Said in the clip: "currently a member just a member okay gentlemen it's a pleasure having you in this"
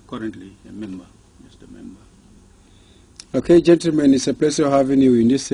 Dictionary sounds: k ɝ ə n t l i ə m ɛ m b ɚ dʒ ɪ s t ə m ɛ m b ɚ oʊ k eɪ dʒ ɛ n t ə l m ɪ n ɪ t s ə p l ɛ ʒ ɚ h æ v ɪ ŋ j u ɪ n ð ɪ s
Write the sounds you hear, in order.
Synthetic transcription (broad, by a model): k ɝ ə n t l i ə m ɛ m b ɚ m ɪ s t ə m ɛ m b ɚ oʊ k eɪ dʒ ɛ n t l m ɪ n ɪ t s ə p l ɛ s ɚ h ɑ v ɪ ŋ j u ɪ n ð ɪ s